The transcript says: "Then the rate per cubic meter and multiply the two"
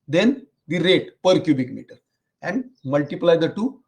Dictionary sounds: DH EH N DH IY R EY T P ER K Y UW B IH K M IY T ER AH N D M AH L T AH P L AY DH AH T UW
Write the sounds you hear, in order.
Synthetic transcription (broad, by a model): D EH N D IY R EY T P ER K Y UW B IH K M IY T ER AH N D M AH L T AH P L AY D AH T UW